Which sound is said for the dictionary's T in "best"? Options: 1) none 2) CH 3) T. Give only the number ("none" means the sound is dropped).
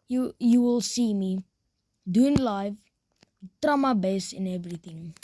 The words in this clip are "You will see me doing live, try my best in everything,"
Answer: 1